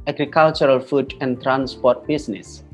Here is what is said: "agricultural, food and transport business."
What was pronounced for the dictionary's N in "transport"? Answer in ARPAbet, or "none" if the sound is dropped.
N